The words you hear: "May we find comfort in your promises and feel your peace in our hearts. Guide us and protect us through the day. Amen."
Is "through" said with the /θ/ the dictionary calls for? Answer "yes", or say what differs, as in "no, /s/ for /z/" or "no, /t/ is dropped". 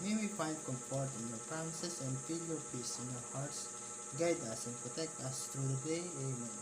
no, /t/ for /θ/